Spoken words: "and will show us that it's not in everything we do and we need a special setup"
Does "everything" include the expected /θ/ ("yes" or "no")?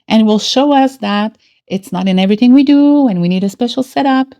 yes